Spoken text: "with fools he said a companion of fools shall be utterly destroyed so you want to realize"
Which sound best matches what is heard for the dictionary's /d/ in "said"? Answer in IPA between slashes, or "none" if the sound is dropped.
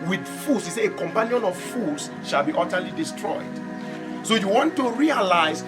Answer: none